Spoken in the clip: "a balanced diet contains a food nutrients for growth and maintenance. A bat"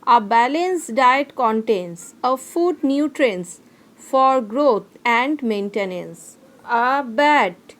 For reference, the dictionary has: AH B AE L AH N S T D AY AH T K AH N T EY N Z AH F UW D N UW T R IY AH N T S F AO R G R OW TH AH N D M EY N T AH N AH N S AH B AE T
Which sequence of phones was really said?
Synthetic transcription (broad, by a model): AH B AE L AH N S D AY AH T K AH N T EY N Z AH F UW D N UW T R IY N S F AO R G R OW T AH N D M EY N T AH N AH N S AH B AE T